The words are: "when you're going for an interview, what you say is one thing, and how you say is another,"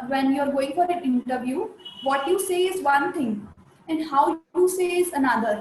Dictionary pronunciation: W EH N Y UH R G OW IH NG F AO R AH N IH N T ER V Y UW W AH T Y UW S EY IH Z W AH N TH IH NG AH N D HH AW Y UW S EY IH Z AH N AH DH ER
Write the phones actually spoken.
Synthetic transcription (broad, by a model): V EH N Y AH R G OW IH NG F AO R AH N IH N T ER V Y UW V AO T Y UW S EY IH Z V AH N T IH NG AH N D HH AW Y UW S EY IH Z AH N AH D ER